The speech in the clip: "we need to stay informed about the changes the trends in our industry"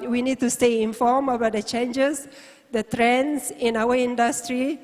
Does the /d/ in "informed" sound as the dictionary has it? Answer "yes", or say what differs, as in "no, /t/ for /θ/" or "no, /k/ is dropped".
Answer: no, /d/ is dropped